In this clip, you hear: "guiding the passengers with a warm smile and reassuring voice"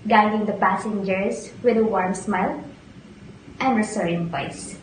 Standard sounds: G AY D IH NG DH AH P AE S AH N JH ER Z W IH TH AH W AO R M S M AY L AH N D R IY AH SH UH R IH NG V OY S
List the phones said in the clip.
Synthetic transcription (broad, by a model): G AY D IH NG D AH P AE S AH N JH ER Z W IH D AH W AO R M S M AY L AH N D R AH S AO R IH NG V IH S